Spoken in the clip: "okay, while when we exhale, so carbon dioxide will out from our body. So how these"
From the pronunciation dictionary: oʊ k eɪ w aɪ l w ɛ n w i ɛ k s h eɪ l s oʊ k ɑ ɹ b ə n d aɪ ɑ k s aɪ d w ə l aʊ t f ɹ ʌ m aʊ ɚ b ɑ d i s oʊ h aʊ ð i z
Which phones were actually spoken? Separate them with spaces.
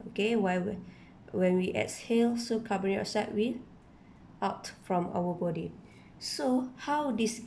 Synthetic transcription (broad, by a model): oʊ k eɪ w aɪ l w ɛ n w i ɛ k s h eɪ l s oʊ k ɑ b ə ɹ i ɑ s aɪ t w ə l aʊ t f ɹ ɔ m aʊ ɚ b ɑ d i s oʊ h aʊ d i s